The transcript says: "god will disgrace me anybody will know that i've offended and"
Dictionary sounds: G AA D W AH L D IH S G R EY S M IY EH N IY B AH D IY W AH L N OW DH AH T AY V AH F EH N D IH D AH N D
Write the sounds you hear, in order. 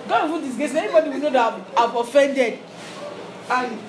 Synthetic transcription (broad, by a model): G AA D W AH N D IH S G EY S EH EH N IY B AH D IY W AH N OW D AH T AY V AH F EH N D IH D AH